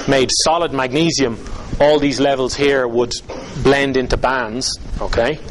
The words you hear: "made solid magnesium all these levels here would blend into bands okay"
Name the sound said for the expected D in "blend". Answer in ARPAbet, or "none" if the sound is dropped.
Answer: D